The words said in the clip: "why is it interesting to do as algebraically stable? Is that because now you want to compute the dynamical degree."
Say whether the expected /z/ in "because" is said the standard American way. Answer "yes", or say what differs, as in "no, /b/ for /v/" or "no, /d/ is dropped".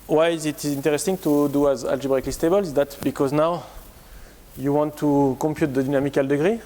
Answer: yes